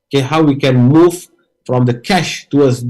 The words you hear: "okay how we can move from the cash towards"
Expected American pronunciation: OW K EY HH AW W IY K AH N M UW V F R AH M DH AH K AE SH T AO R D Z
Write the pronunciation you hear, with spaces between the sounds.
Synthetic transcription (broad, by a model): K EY HH AW W IY K AH N M UW V F R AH M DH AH K AE SH T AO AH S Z